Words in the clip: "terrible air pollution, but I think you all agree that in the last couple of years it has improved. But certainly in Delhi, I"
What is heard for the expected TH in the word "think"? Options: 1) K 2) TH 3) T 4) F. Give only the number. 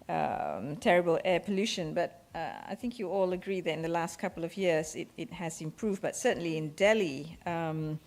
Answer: 2